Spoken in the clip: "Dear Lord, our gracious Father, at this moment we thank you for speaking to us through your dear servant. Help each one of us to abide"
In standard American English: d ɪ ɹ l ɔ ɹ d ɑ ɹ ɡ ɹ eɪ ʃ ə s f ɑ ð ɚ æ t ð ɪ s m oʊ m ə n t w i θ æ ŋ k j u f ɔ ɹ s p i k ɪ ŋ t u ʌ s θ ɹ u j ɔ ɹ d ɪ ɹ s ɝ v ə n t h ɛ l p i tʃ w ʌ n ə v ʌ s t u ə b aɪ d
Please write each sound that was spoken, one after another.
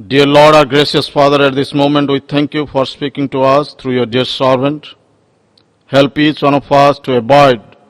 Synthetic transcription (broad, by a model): d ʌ ɹ l ɔ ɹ d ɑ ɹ ɡ ɹ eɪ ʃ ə s f ɑ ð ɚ æ t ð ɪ s m oʊ m ə n t w i t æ ŋ k j u f ɔ ɹ s p i k ɪ ŋ t u ʌ s t ɹ u j ɔ ɹ d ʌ ɹ s ɝ v ə n t h ɛ l p i tʃ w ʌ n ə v ʌ s t u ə b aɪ d